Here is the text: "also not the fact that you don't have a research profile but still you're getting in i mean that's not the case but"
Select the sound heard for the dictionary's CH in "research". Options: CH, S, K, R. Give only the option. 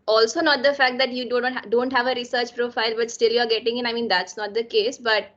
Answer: CH